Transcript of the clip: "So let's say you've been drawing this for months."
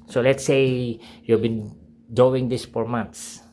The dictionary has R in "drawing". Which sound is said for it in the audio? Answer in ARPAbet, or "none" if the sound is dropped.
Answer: none